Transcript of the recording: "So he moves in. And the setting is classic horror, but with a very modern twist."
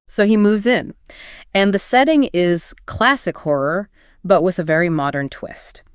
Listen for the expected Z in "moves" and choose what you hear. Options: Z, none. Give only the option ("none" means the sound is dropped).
Z